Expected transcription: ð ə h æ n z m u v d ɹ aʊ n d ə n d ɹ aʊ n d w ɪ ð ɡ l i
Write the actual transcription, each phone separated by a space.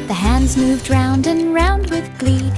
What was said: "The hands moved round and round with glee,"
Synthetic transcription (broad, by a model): ð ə h æ n z m u v d ɹ aʊ n d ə n ɹ aʊ n d w ɪ ð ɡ l i